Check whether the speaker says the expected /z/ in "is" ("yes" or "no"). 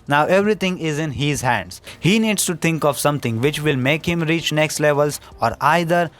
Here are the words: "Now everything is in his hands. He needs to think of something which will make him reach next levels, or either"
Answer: yes